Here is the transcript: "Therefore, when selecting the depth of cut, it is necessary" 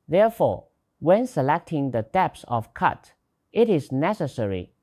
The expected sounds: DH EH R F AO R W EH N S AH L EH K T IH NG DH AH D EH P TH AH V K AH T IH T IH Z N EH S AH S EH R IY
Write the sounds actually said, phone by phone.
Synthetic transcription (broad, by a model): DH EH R F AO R W EH N S AH L EH K T IH NG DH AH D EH P S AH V K AH T IH T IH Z N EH S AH S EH R IY